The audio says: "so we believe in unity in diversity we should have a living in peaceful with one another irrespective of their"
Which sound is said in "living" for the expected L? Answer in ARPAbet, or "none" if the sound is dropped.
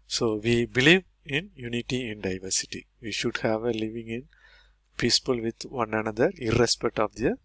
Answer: L